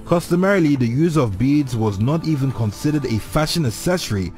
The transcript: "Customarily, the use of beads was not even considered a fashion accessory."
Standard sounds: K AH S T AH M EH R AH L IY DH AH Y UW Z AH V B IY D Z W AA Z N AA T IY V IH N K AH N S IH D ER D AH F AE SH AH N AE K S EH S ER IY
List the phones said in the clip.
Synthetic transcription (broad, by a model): K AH S T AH M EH R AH L IY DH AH Y UW Z AH V B IY D Z W AA Z N AA T IY V IH N K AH N S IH D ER D AH F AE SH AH N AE S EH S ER IY